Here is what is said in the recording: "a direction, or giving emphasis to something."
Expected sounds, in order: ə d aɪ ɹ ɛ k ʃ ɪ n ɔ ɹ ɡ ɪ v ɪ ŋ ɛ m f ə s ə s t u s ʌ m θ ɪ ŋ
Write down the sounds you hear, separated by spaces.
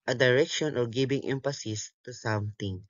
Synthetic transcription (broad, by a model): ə d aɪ ɹ ɛ k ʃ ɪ n ɔ ɹ ɡ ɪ b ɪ ŋ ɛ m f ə s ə s t u s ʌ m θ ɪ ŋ